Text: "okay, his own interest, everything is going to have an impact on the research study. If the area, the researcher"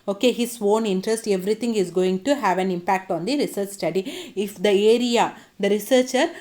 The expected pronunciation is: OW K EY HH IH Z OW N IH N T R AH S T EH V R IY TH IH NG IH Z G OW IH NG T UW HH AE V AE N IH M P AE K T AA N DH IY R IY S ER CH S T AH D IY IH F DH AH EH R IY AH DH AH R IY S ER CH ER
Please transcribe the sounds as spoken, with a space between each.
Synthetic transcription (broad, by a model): OW K EY HH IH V OW N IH N T R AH S T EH V R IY T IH NG IH Z G OW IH NG T UW HH AE V AE N IH M P AE K T AA N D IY R IY S ER CH S T AH D IY IH F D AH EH R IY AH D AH R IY S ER CH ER